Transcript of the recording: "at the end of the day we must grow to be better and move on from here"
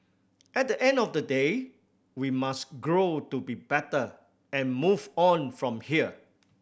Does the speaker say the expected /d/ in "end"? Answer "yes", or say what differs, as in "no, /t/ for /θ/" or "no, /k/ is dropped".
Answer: yes